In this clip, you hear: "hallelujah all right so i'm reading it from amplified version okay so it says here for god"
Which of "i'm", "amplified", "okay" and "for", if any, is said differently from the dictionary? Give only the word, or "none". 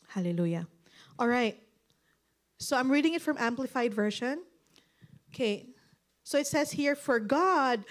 none